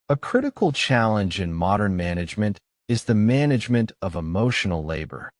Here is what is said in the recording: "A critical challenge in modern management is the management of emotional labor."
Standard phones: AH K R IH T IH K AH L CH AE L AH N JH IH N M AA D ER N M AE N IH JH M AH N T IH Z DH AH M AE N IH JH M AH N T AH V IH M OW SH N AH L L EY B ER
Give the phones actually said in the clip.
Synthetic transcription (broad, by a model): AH K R IH T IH K L CH AE L AH N JH IH N M AA D ER N M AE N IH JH M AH N T IH Z DH AH M AE N IH JH M AH N T AH V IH M OW SH N L L EY B ER